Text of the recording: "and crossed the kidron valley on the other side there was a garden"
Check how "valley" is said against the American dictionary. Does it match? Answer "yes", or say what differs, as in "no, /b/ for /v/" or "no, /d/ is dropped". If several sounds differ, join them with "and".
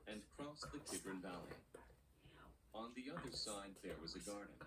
yes